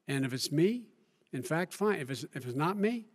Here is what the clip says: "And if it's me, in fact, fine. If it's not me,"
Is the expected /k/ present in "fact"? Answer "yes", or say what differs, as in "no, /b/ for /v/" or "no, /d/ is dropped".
yes